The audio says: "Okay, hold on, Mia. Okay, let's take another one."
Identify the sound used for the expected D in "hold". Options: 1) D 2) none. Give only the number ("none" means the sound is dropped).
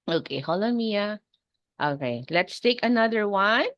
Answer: 2